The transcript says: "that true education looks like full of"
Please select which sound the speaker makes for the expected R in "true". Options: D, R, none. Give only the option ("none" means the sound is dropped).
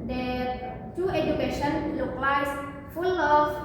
none